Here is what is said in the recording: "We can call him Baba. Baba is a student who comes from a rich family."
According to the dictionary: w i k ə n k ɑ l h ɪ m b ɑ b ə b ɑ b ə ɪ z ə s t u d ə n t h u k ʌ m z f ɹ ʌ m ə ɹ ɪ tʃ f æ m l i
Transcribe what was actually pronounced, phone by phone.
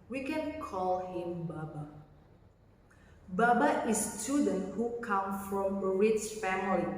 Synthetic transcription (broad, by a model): w i k ə n k ɑ l h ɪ m b ɑ b ə b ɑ b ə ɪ ə s t u d ə n t h u k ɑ m f ɹ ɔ m ə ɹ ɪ s f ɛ m l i